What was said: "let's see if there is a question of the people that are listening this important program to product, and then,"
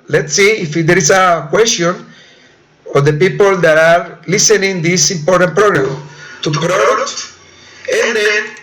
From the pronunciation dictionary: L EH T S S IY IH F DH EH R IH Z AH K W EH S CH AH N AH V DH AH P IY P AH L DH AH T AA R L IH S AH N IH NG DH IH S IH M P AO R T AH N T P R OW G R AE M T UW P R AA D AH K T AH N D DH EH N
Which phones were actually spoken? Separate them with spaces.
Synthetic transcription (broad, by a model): L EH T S S IY IH F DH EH R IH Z AH K W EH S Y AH N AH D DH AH P IY P AH L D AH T AA R L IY S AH N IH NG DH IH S IH M P AO R T AH N T P R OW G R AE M T UW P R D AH T AH N D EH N